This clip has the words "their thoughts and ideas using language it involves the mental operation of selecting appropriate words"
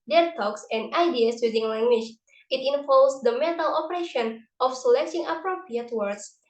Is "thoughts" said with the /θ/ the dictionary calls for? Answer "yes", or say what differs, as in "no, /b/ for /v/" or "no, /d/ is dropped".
no, /t/ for /θ/